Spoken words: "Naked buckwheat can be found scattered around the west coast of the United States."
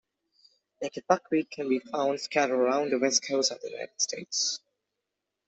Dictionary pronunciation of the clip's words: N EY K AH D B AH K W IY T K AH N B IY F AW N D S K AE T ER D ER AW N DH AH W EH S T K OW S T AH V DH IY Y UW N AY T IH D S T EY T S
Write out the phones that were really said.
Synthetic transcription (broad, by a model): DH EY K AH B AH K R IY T K AH N B IY F AW N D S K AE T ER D ER AW N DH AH W EH S T K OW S AH V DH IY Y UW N AY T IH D S T EY T S